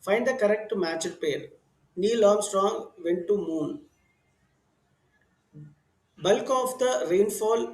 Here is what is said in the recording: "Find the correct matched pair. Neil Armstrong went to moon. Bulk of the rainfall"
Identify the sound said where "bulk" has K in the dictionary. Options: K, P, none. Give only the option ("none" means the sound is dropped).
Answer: K